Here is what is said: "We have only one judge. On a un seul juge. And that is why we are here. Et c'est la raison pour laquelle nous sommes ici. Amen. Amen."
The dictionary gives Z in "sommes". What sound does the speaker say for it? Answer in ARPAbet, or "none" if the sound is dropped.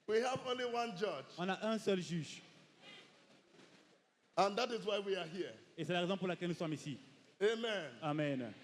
none